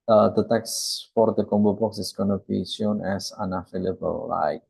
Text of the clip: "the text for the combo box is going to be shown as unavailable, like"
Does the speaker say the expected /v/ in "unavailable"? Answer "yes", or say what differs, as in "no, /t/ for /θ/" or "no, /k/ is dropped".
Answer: no, /f/ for /v/